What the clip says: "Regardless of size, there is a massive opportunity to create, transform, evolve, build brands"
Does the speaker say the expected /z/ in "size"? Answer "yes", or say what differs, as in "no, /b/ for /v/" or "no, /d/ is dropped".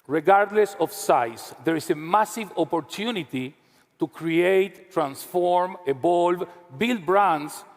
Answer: no, /s/ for /z/